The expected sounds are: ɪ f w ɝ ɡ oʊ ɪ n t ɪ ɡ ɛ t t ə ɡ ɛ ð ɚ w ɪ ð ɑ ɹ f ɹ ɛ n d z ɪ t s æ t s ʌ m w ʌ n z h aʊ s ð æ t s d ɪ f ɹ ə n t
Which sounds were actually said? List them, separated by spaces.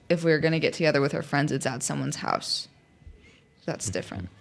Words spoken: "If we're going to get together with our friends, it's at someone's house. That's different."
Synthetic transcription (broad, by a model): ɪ f w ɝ ɡ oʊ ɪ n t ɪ ɡ ɛ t t ə ɡ ɛ ð ɚ w ɪ ð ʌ ɹ f ɹ ɛ n d z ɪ t s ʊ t s ʌ m w ʌ n z h aʊ s ð æ t s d ɪ f ɹ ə n t